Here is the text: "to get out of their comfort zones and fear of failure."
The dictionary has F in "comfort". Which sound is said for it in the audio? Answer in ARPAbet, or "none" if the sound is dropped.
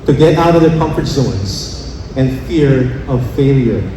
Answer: F